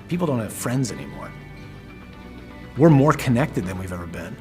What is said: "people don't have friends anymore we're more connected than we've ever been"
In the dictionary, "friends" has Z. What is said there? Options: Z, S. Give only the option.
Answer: Z